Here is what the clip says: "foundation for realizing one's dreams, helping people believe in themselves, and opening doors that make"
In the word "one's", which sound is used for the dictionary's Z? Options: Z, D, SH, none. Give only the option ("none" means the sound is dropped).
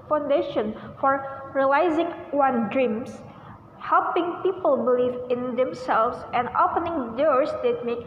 none